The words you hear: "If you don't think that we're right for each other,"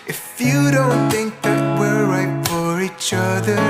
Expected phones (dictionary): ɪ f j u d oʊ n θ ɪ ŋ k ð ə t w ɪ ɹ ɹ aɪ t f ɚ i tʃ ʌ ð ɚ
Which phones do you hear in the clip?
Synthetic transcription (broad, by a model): ɪ f j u d oʊ n θ ɪ ŋ k ð ə t w ɪ ɹ ɹ aɪ t f ɚ i tʃ ʌ ð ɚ